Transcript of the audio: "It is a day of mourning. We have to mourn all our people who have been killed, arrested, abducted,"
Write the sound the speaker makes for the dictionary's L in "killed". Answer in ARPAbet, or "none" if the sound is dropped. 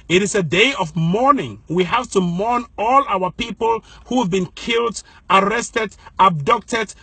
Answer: L